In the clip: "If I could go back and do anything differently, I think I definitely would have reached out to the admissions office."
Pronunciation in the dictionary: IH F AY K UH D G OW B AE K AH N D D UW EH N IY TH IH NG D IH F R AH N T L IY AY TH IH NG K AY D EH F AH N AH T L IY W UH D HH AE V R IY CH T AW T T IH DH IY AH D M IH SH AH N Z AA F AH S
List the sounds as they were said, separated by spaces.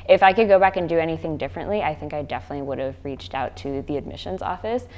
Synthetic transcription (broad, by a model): IH F AY K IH D G OW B AE K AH N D D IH EH N IY TH IH NG D IH F R AH N T L IY AY TH IH NG K AY D EH F AH N AH T L IY W UH D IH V R IY CH T AW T T IH DH IY AH D M IH SH AH N Z AA F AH S